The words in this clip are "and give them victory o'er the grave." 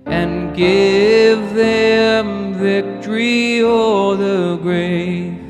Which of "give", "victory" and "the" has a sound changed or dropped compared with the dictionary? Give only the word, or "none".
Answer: none